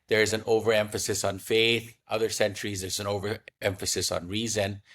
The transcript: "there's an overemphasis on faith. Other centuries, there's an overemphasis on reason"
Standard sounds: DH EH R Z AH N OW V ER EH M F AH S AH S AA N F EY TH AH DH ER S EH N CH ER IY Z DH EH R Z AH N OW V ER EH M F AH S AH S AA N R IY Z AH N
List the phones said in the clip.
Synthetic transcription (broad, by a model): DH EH R Z AH N OW V ER EH M F AH S AH S N F EY TH AH DH ER S EH N CH ER IY Z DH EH R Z AH N OW V ER EH M F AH S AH S N R IY Z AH N